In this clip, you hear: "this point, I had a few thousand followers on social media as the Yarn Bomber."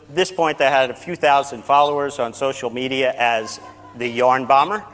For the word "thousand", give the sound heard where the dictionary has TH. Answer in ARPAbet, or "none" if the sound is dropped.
TH